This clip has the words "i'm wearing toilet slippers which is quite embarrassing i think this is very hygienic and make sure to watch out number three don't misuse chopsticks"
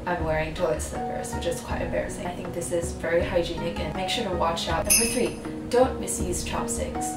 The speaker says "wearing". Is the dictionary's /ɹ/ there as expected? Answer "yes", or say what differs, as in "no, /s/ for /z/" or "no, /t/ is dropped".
yes